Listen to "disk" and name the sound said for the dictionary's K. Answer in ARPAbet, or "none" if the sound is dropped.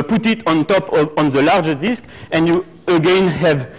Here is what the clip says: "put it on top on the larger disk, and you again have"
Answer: K